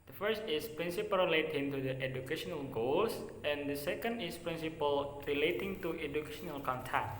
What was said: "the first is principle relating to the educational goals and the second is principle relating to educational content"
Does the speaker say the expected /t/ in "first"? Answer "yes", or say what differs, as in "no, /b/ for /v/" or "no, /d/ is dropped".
yes